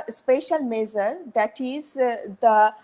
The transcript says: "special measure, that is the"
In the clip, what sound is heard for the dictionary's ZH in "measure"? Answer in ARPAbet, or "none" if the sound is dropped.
Z